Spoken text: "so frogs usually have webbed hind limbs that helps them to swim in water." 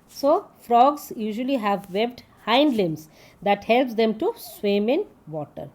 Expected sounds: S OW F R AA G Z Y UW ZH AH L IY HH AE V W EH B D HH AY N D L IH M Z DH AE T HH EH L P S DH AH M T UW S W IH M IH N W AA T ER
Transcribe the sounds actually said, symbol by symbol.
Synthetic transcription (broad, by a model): S OW F R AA G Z Y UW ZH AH L IY HH AE V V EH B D HH AY N D L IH M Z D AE T HH EH L P S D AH M T UW S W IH M IH N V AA T ER